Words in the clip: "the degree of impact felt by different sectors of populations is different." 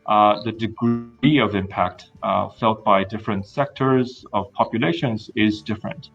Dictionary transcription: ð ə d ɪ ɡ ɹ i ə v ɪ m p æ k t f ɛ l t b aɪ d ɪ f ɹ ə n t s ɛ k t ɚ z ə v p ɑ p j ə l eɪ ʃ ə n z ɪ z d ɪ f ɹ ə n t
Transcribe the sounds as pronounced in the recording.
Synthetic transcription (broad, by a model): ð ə d ɪ ɡ ɹ i ə v ɪ m p æ k t f ɛ l t b aɪ d ɪ f ɹ ə n t s ɛ k t ɚ z ə v p ɑ p j ə l eɪ ʃ ə n z ɪ z d ɪ f ɹ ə n t